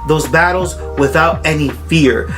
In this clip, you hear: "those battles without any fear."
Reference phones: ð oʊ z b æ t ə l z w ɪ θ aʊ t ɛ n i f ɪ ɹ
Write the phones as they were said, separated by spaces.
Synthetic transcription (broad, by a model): ð oʊ z b æ t l z w ɪ θ aʊ t ɛ n i f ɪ ɹ